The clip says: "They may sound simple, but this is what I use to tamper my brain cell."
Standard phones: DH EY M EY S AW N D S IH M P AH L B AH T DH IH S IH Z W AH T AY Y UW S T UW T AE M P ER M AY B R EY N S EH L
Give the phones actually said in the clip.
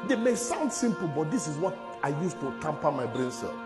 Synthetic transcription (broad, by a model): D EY M EY S AW N D S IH M P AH L B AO T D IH S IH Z W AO T AY Y UW S T UW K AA M P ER M AY B R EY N S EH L